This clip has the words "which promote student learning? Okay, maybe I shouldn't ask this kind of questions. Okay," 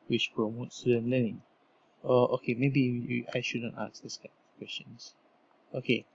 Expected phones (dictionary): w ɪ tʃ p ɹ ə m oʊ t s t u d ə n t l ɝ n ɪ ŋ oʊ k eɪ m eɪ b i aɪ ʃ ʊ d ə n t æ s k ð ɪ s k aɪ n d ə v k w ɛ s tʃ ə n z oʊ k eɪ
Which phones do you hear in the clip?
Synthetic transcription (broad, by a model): w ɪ tʃ p ɹ ə m oʊ t s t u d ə n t l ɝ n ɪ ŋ oʊ k eɪ m eɪ b i aɪ ʃ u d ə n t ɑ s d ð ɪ s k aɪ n ə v k w ɛ s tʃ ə n s oʊ k eɪ